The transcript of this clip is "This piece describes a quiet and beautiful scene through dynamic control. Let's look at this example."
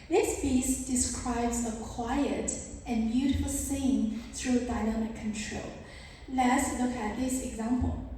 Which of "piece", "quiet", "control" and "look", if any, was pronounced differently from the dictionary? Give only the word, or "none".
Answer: piece